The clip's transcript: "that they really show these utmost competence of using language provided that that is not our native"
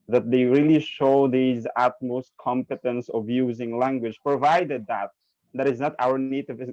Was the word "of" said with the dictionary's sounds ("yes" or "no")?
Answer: yes